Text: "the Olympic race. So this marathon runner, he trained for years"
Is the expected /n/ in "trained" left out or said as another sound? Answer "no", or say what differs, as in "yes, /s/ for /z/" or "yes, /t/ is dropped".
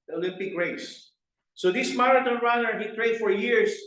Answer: yes, /n/ is dropped